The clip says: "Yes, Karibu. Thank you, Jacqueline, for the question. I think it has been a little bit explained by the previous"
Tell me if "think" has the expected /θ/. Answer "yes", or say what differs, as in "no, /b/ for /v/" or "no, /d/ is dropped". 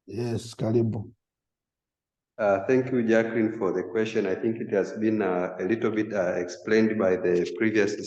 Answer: yes